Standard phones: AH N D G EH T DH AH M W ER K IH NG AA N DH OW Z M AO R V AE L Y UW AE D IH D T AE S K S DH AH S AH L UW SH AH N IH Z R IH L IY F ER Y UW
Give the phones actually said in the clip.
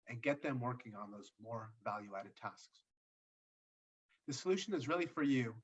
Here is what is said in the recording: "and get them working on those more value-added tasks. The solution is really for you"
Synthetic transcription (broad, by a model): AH N G EH T DH AH M W ER K IH NG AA N DH OW Z M AO R V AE L Y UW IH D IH D T AE S K S DH AH S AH L UW SH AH N IH Z R IH L IY F ER Y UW